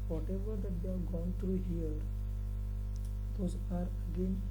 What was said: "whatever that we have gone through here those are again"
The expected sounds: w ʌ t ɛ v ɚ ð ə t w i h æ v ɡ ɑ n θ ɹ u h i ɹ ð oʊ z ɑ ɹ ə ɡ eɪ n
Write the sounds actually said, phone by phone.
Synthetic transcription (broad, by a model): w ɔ t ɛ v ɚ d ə t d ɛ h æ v ɡ ɑ n t ɹ u h i ɹ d oʊ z ɑ ɹ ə ɡ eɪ n